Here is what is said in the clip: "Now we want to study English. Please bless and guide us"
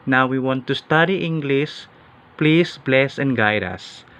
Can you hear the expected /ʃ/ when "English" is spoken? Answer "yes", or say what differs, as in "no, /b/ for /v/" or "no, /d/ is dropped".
no, /s/ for /ʃ/